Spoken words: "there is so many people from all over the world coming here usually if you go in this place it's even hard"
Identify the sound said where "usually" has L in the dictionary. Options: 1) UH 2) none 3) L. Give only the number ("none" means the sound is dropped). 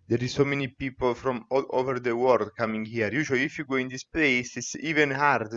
2